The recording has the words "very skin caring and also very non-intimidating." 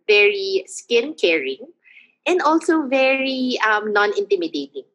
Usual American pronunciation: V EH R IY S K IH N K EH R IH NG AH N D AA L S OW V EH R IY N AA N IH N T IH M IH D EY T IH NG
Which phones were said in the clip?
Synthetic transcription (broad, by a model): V EH R IY S K IH N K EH R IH NG AH N D AA L S OW V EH R IY N AA N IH N T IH M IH D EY T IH NG